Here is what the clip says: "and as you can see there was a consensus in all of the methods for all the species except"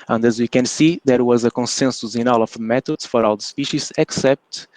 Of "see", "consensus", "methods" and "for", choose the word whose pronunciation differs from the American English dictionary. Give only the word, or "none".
methods